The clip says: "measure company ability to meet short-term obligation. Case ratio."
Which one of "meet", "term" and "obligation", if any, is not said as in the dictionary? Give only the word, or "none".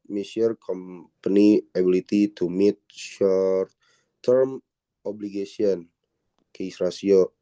obligation